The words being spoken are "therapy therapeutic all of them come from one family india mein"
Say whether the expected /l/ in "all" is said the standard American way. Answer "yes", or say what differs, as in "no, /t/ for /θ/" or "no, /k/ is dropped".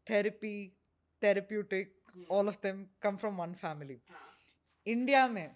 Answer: yes